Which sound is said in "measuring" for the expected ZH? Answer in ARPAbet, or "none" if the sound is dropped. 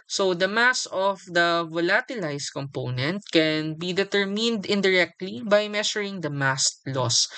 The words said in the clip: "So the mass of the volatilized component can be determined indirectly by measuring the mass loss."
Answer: SH